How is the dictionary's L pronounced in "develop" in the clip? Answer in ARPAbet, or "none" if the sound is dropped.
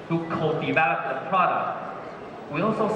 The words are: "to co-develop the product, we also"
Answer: none